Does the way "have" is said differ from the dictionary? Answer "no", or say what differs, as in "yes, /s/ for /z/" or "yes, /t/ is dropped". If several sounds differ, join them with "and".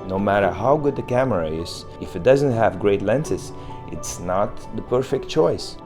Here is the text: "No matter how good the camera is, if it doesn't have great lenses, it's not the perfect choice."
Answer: no